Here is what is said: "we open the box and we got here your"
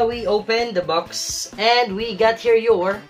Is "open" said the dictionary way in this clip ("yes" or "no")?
yes